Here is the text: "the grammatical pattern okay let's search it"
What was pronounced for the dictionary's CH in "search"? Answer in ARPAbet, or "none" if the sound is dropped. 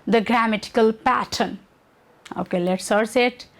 S